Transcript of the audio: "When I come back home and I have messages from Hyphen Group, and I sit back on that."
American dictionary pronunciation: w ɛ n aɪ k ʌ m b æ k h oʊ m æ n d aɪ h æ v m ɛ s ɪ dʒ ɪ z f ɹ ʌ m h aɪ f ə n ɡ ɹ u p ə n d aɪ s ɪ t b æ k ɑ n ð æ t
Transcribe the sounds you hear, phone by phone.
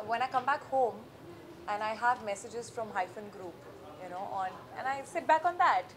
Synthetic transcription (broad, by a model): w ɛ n aɪ k ʌ m b æ k h oʊ m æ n aɪ h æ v m ɛ s ɪ dʒ ɪ z f ɹ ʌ m h aɪ f ə n ɡ ɹ u p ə n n aɪ s ɪ t b æ k ɑ n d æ t